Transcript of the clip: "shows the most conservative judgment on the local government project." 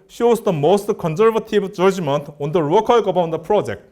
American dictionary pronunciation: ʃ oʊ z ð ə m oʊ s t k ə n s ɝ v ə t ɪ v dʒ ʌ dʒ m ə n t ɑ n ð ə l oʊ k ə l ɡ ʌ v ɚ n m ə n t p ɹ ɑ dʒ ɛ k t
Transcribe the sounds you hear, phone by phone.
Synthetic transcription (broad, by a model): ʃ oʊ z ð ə m oʊ s t k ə n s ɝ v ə t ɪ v dʒ ʌ dʒ m ə n t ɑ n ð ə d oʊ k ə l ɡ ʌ b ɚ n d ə p ɹ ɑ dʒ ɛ k t